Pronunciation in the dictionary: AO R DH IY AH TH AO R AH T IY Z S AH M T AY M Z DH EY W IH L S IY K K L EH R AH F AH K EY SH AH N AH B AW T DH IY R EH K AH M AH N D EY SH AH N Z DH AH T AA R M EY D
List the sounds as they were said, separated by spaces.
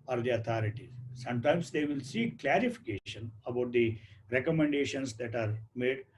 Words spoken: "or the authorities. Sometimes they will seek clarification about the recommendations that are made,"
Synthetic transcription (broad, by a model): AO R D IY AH T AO R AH T IY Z S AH M T AY M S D EY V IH L S IY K K L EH R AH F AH K EY SH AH N AH B AW T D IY R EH K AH M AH N D EY SH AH N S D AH T AA R M EY D